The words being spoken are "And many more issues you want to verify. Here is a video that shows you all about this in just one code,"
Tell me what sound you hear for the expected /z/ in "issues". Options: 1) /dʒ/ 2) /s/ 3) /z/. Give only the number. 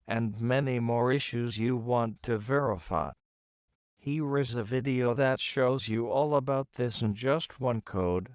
3